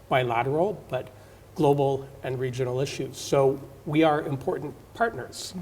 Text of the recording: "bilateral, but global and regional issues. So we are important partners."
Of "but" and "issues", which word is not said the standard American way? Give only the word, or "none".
none